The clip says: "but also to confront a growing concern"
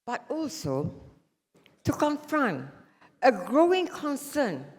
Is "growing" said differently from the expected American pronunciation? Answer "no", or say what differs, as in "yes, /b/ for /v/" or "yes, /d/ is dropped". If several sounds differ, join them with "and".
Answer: no